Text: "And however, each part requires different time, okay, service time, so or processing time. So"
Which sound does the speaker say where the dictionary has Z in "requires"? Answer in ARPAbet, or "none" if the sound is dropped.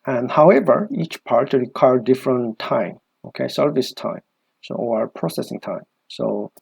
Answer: none